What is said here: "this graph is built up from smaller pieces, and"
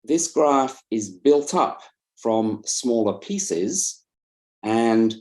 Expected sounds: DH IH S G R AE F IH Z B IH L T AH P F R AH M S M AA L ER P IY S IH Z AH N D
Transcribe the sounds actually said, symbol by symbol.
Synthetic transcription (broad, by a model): DH IH S G R AE F IH Z B IH L T AH P F R AH M S M AA L ER P IY S IH Z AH N